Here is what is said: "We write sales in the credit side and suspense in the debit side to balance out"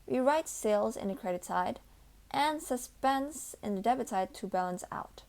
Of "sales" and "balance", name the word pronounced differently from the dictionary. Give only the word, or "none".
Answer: none